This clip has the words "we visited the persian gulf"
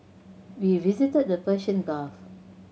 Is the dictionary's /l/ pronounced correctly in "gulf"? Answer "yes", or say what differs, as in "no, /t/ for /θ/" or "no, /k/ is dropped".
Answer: no, /l/ is dropped